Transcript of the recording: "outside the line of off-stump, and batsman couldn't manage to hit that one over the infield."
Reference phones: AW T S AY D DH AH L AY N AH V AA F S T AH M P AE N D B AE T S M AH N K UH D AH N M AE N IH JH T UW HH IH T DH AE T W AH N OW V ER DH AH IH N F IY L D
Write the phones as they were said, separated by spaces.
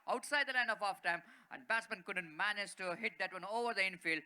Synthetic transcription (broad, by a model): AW T S AY D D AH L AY N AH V AA F T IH M AE N D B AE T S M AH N K UH D AH N M AE N IH JH T UW HH IH T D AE T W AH N OW V ER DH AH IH N F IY L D